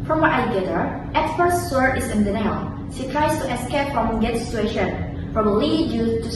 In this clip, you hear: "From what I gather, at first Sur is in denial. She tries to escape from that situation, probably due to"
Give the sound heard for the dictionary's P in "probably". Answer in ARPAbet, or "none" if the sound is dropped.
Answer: F